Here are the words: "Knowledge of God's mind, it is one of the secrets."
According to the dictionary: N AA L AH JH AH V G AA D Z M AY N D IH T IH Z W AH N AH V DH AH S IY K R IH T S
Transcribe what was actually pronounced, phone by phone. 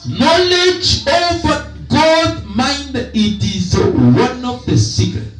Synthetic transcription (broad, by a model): N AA L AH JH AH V G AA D M AY N D IH T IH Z W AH N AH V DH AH S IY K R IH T